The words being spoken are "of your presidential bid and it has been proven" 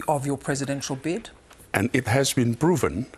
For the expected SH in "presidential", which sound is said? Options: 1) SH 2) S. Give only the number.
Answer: 1